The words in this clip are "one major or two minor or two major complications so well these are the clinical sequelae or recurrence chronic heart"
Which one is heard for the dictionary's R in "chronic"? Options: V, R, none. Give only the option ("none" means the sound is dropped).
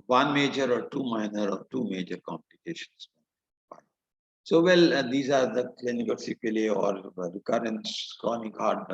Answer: none